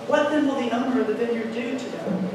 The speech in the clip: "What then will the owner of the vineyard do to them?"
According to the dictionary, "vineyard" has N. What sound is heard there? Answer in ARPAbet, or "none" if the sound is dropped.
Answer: L